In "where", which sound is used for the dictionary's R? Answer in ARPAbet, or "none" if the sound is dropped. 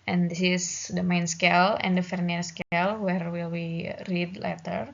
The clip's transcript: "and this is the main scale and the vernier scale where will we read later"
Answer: R